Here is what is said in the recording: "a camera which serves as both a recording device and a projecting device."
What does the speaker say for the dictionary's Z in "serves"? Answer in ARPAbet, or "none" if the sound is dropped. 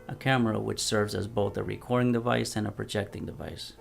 Z